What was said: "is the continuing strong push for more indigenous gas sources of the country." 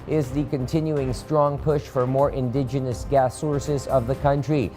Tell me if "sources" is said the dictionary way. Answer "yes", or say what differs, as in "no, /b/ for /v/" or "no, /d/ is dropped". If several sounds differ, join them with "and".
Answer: yes